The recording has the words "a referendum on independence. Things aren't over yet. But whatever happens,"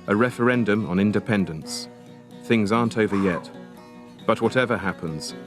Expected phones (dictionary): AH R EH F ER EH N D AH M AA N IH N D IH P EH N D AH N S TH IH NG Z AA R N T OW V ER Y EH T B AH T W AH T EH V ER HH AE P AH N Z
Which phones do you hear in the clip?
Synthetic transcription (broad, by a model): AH R EH F ER EH N D AH M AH N IH N D IH P EH N D AH N S TH IH NG Z AA R N T OW V ER Y EH T B AH T W AH T EH V ER HH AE P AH N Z